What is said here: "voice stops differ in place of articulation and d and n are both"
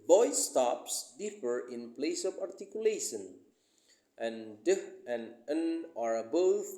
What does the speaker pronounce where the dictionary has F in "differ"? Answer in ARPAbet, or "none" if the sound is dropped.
P